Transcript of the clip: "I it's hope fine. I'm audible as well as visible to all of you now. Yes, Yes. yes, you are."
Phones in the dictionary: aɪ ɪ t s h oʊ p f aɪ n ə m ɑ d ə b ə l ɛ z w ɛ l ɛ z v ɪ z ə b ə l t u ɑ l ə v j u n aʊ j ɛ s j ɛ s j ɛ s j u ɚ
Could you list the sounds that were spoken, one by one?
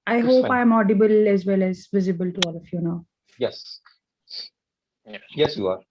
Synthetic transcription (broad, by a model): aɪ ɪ h oʊ p aɪ ə m ɑ d ə b ə l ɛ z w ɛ l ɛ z v ɪ z ə b ə l t u ɑ l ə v j u n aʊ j j ɛ s j ɛ s j u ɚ